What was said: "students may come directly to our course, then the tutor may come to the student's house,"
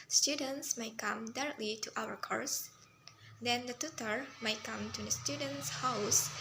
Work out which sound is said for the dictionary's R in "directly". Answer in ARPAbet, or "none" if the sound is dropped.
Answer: R